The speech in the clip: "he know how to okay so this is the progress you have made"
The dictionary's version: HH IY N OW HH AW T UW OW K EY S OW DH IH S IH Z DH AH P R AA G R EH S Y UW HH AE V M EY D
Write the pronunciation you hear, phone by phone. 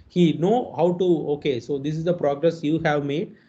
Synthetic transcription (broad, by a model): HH IY N OW HH AW T UW OW K EY S OW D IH S IH Z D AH P R AA G R EH S Y UW HH AE V M EY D